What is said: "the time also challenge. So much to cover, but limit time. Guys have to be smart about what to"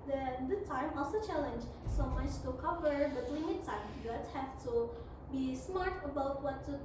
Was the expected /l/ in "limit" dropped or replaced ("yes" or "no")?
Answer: yes